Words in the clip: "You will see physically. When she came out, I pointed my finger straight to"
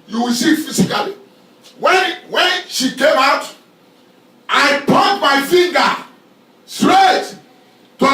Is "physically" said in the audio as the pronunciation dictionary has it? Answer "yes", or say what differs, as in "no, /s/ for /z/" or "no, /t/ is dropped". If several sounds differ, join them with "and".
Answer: no, /s/ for /z/